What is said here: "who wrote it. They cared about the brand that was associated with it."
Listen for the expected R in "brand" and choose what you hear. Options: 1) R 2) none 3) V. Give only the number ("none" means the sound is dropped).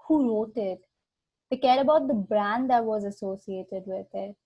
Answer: 1